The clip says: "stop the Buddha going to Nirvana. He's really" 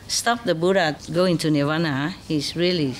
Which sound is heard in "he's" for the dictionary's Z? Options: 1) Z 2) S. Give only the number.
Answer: 2